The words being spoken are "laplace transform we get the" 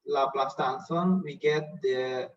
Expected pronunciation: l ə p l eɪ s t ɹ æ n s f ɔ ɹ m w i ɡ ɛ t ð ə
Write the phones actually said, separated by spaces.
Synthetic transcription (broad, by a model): l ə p l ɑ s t æ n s ɔ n w i ɡ ɛ t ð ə